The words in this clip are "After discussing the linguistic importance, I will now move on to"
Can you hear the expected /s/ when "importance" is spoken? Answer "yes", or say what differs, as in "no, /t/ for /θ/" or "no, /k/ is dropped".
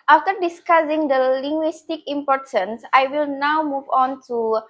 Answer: yes